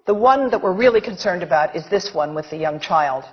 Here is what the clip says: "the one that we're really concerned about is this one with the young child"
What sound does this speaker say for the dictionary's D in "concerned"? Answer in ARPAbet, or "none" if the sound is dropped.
D